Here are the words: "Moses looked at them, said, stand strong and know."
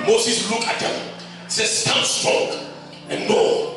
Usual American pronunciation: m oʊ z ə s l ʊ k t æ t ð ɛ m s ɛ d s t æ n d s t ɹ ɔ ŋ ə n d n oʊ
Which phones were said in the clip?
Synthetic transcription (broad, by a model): m oʊ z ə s l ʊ k æ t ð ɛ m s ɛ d s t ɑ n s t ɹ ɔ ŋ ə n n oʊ